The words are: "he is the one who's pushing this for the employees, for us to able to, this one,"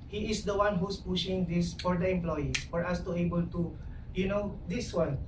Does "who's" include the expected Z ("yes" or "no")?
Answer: no